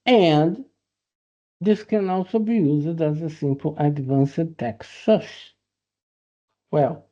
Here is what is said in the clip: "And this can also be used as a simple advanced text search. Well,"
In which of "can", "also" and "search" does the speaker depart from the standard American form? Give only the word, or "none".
search